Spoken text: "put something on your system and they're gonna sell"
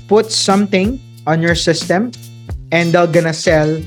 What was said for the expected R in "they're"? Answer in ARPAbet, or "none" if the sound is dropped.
L